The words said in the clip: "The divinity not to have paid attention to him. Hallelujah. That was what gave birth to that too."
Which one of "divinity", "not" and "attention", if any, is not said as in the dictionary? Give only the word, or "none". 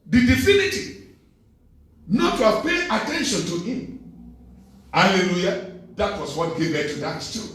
divinity